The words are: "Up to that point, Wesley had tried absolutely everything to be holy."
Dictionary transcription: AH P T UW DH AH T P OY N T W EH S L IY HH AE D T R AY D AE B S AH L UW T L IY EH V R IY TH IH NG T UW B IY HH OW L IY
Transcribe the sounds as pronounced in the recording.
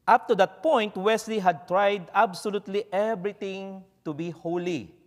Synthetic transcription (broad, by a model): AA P T UW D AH T P OY N T W EH S L IY HH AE D T R AY D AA B S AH L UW T L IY EH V R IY T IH NG T UW B IY HH OW L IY